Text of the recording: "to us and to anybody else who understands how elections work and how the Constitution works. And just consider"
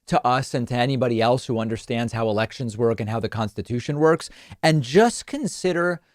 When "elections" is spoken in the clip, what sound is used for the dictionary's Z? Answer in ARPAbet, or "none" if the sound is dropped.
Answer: Z